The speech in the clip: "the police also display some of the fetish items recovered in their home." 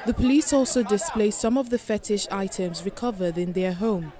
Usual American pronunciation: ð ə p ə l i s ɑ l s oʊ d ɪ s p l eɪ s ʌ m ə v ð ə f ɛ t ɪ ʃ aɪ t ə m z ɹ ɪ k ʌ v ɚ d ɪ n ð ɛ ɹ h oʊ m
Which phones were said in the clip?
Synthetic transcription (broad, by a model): ð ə p ə l i s ɑ l s oʊ d ɪ s p l eɪ s ʌ m ə v ð ə f ɛ t ɪ ʃ aɪ t ə m z ɹ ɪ k ʌ v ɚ d ɪ n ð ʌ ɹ h oʊ m